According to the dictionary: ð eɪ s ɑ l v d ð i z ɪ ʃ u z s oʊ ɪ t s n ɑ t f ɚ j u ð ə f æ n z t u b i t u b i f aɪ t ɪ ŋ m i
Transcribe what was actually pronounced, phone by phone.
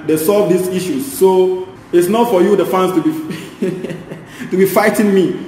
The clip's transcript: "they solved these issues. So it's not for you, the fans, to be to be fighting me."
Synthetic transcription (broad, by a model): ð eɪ s ɑ l v d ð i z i ʃ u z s oʊ ɪ t s n ɑ t f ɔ j u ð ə f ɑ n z t u b i t u b i f aɪ t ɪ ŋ m i